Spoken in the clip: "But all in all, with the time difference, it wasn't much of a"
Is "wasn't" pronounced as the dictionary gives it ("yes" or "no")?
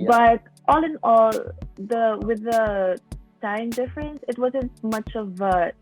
yes